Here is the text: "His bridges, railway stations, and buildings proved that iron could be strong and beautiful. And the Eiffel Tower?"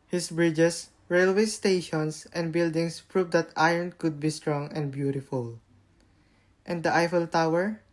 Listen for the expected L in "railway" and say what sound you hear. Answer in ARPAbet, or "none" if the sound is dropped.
L